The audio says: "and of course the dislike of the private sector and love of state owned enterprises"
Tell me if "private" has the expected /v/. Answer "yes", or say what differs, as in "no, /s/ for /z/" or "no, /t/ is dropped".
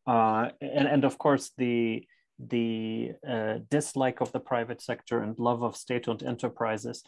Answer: yes